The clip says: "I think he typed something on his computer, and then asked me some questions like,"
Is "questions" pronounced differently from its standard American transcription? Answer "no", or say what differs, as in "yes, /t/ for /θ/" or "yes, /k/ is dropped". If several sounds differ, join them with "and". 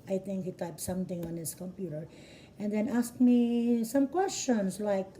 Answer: yes, /s/ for /z/